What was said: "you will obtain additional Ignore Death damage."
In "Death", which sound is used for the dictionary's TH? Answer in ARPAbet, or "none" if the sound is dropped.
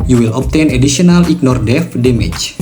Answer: F